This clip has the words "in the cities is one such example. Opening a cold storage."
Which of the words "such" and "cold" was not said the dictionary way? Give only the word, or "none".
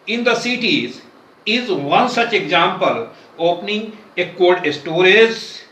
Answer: cold